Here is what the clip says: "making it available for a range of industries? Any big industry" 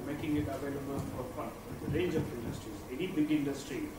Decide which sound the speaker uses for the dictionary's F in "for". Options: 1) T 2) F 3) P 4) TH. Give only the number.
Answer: 3